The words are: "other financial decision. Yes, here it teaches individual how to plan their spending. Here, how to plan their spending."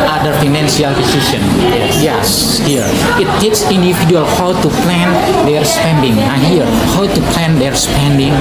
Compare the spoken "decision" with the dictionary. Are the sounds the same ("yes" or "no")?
no